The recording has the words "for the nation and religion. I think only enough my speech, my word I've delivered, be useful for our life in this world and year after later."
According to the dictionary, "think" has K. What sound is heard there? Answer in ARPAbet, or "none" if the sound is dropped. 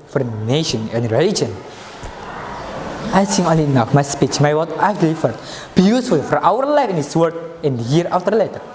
none